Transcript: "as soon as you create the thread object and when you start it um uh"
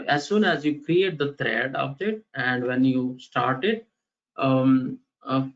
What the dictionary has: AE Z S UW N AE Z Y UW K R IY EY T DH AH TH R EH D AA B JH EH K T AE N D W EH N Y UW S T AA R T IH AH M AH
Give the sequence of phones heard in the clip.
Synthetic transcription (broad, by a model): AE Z S UW N AE Z Y UW K R IY EY T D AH T R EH D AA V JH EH T AE N D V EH N Y UW S T AA R T IH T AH